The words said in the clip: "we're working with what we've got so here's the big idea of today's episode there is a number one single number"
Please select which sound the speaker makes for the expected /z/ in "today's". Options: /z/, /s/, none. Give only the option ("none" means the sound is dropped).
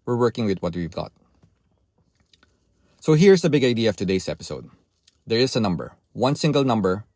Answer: /s/